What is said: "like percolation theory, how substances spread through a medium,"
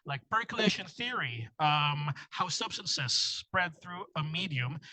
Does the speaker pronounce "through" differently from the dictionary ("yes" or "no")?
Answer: no